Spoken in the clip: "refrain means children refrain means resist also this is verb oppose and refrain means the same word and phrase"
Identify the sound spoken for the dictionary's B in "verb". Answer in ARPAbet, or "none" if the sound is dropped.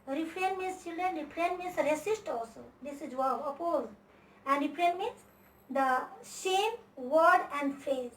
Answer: none